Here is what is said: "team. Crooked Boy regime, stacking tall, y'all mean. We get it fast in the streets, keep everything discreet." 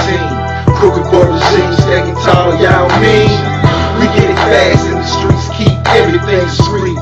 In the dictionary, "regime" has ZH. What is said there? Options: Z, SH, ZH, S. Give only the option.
S